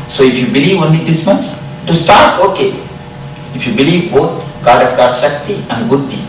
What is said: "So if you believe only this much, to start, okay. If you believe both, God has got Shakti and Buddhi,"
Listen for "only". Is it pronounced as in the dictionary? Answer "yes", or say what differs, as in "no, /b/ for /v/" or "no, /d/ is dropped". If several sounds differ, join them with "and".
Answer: no, /l/ is dropped